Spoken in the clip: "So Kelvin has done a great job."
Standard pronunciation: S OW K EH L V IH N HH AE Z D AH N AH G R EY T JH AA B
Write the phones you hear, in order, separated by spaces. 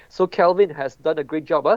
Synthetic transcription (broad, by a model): S OW K EH L V IH N HH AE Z D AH N AH G R EY T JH AA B